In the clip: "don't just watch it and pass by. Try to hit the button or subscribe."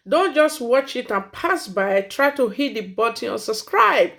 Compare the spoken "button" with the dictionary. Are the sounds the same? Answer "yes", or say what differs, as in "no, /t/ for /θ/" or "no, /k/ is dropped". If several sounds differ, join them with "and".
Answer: no, /n/ is dropped